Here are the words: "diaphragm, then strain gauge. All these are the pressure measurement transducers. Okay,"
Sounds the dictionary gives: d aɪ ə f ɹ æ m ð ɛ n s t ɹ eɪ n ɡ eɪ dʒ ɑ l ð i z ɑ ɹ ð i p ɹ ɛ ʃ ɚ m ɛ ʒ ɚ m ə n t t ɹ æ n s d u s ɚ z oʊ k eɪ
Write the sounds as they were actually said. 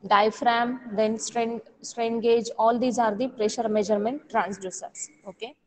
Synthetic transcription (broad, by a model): d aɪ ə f ɹ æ m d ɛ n s t ɹ eɪ n ɡ eɪ dʒ ɑ l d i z ɑ ɹ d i p ɹ ɛ ʃ ɚ m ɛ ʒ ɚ m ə n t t ɹ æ n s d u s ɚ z oʊ k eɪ